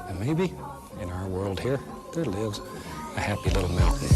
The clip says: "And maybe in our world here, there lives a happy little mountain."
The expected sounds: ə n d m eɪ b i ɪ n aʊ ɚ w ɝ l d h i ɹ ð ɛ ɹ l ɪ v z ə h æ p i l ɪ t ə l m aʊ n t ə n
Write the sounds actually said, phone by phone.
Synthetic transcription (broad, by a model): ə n m eɪ b i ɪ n aʊ ɚ w ɝ l d h i ɹ ð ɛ ɹ l ɪ v z ə h æ p i l ɪ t l m aʊ n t n